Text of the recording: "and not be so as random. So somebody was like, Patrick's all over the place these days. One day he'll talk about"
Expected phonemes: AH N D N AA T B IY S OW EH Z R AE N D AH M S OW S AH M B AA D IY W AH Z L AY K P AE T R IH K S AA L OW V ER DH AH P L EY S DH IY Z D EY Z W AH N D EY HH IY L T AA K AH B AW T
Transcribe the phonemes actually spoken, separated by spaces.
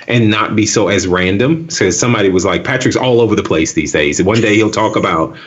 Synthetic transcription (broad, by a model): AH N N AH T B IY S OW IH Z R AE N D AH M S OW S AH M B AA D IY W AH Z L AY K P AE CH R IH K S AA L OW V ER DH AH P L EY S DH IY Z D EY Z W AH N D EY HH IY L T AA K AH B AW T